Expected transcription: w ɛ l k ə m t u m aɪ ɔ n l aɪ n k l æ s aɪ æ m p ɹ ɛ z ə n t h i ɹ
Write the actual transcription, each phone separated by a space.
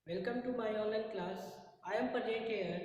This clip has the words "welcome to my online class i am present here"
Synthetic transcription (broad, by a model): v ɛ l k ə m t u m aɪ ɔ n l aɪ n k l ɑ s aɪ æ m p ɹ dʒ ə t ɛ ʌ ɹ